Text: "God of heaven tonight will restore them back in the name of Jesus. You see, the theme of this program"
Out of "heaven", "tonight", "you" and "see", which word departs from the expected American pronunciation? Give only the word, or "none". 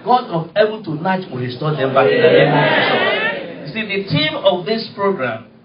heaven